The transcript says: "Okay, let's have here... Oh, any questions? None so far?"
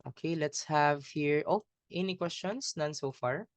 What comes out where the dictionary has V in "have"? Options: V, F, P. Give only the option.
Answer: V